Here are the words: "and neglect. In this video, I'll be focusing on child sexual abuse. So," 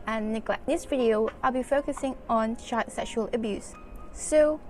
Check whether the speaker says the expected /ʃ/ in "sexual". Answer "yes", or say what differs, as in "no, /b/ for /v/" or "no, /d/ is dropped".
yes